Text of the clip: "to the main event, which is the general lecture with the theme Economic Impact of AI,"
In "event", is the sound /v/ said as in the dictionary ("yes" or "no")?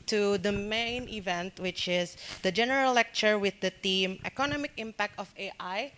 yes